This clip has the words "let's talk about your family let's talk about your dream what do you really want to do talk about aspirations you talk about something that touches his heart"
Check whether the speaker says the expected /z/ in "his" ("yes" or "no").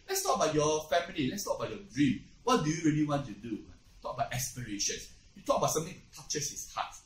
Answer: no